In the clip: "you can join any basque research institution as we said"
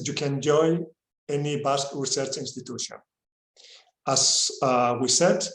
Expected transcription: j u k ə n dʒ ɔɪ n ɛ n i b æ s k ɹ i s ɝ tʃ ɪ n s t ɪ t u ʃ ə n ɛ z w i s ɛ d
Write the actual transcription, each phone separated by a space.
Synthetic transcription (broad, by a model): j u k ə n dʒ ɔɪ ɛ n i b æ s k ɹ i s ɝ tʃ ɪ n s t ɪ t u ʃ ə n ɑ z w i s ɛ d